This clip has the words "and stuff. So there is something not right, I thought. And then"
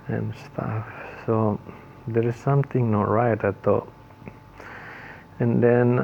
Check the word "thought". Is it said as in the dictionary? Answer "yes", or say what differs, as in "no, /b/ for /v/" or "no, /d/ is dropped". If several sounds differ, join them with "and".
no, /t/ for /θ/ and /t/ is dropped